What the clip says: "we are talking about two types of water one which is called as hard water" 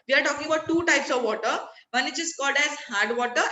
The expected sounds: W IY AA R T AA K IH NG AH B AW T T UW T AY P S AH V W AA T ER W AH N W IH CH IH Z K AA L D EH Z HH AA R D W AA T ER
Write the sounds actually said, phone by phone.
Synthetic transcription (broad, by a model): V IY AA R T AA K IH NG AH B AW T T UW T AY P S AH V AA T ER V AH N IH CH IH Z K AA L D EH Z HH AA R D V AA T ER